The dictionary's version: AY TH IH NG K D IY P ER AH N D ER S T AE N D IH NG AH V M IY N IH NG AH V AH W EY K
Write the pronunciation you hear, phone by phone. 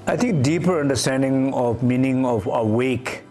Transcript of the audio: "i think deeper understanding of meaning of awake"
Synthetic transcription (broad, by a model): AY T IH NG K D IY P ER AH N D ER S T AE N D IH NG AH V M IY N IH NG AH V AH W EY K